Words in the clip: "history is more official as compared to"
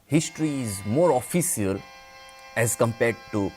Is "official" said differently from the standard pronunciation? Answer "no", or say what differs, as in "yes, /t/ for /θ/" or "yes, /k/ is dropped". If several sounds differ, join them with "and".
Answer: yes, /s/ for /ʃ/